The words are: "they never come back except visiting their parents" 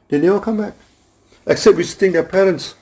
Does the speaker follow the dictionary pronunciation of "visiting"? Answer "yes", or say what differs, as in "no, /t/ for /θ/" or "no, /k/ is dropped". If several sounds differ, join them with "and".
no, /w/ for /v/